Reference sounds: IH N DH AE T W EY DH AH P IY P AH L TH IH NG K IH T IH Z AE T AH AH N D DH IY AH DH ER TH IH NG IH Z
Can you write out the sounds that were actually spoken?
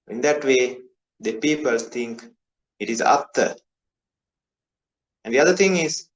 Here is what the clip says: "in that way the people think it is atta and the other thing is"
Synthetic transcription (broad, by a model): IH N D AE T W EY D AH P IY P AH L T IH NG K IH T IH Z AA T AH AH N D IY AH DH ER T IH NG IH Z